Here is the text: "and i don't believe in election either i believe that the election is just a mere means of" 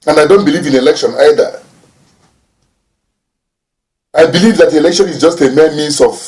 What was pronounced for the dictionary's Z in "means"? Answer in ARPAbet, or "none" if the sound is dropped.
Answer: S